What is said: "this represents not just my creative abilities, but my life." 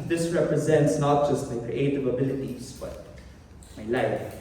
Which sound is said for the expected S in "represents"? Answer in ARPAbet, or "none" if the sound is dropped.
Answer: S